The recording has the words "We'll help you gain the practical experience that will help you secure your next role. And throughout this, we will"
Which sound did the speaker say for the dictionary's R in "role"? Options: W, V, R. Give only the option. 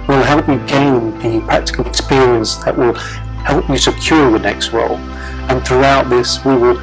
W